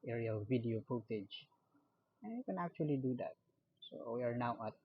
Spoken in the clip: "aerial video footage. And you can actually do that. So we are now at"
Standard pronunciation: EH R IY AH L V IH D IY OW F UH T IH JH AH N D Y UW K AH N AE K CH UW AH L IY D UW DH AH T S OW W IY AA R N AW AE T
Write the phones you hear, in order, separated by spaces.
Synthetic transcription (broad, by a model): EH R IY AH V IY D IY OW P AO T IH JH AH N Y UW K AH N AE K CH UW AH L IY D UW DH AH T S OW W IY AA R N AW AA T